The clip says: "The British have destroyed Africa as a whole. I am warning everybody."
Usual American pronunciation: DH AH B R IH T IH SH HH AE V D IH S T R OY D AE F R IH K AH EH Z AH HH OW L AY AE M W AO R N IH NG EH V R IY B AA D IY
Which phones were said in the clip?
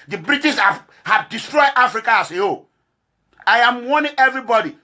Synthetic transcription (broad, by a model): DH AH B R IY T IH S HH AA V D IH S T R OY D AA F R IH K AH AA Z AH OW AY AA M W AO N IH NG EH V R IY B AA D IY